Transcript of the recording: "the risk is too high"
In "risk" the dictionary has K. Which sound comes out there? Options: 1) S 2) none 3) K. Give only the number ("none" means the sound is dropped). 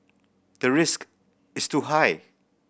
3